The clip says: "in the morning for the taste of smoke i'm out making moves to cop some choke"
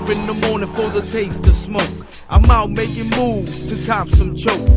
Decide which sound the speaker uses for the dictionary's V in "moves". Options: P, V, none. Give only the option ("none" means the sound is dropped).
V